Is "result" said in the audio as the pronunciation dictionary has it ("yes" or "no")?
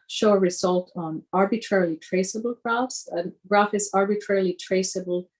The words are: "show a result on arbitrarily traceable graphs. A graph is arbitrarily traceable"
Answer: yes